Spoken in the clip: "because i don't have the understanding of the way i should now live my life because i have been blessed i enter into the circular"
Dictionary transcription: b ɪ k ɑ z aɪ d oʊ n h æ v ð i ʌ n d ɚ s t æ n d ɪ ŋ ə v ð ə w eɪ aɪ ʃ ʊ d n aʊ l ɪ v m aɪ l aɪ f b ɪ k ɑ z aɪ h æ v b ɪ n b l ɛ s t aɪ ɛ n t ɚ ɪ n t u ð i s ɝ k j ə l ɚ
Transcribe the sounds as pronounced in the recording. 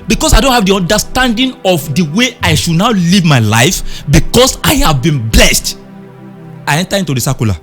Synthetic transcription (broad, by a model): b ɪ k ɑ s aɪ d oʊ n h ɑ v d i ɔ n d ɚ s t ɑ n d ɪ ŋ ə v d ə w eɪ aɪ ʃ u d n aʊ l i v m aɪ l aɪ f b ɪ k ɑ s aɪ h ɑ v b ɪ n b l ɛ s t aɪ ɛ n t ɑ ɪ n t u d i s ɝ k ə l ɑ